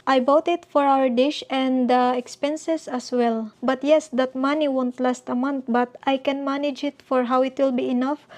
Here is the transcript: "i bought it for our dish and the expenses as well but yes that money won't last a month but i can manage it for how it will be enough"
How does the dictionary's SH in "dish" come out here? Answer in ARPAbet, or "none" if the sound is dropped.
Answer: SH